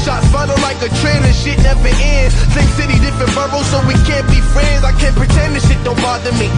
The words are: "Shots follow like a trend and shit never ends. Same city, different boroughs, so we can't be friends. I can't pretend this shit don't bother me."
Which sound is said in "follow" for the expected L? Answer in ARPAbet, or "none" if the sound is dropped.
N